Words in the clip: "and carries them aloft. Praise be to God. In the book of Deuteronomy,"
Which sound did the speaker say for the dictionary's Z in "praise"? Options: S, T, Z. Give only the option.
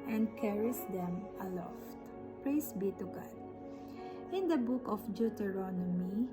S